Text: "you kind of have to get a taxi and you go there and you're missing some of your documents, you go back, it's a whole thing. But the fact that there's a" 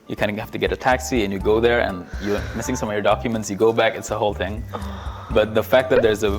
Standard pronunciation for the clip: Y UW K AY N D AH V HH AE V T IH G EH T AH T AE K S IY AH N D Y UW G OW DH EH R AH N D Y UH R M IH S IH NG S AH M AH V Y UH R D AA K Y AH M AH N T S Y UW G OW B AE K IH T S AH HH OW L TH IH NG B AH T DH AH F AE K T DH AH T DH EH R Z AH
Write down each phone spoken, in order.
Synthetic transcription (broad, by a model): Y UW K AY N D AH HH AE F T IH G EH T AH T AE K S IY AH N Y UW G OW DH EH R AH N Y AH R M IH S IH NG S AH M AH V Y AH R D AA K Y AH M AH N T S Y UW G OW B AE K IH T S AH HH OW L TH IH NG B AH T DH AH F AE K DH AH T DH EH R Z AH